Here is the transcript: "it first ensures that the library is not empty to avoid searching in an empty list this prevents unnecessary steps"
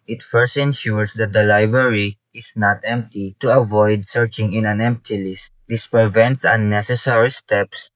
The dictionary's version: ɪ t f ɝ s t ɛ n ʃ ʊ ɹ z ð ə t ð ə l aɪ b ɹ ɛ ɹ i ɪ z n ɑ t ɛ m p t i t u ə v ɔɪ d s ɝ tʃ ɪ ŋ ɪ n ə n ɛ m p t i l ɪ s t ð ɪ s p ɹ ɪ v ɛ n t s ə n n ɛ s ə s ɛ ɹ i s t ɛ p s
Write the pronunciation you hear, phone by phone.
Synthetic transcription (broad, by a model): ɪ t f ɝ s t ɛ n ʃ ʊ ɹ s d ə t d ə l aɪ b ɹ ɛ ɹ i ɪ s n ɑ t ɛ m p t i t u ə v ɔɪ d s ɝ tʃ ɪ ŋ ɪ n ə n ɛ m p t i l ɪ s t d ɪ s p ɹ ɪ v ɛ n t s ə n n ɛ s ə s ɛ ɹ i s t ɛ p s